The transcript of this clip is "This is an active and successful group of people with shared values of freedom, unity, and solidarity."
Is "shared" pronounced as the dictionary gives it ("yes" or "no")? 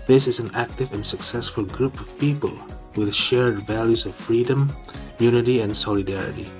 yes